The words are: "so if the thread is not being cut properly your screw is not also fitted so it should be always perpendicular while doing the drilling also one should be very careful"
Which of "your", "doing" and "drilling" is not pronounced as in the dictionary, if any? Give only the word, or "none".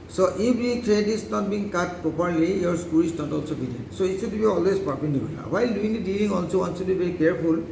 drilling